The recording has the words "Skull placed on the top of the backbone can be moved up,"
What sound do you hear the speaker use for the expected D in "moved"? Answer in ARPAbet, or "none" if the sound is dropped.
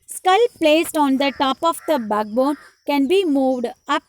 D